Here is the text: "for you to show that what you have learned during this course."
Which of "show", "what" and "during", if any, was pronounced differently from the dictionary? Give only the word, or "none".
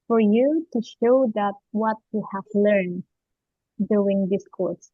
during